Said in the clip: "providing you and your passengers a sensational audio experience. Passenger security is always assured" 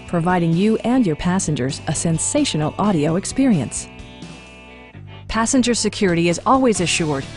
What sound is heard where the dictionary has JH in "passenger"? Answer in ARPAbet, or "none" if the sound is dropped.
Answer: JH